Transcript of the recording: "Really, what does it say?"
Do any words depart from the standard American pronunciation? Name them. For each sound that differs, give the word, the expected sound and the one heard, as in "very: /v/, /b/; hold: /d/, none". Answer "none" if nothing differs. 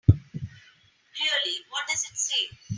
really: /ɹ/, /l/